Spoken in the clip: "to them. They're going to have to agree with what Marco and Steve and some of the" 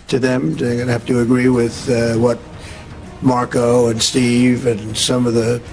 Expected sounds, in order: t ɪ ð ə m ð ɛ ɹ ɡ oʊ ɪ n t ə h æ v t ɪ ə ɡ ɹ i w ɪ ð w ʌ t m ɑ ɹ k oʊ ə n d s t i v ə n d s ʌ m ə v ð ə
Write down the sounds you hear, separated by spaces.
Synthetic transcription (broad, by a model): t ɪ ð ə m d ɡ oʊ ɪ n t h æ f t ɪ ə ɡ ɹ i w ɪ ð w ʌ t m ɑ ɹ k oʊ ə n s t i v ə n s ʌ m ə v ð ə